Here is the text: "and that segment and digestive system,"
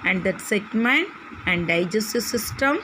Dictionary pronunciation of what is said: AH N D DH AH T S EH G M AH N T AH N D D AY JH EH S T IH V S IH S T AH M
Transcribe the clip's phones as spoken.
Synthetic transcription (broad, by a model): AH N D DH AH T S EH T M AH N AH N D D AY JH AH S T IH S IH S T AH M